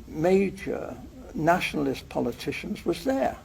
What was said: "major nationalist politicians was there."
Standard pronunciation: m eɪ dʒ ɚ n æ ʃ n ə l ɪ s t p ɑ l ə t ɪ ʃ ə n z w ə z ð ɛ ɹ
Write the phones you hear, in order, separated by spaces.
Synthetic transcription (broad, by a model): m eɪ dʒ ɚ n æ ʃ n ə l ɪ s p ɑ l ə t ɪ ʃ ə n z w ə z ð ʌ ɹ